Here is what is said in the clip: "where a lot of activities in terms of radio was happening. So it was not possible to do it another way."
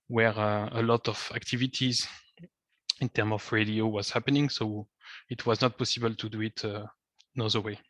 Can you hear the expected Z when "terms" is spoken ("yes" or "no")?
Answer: no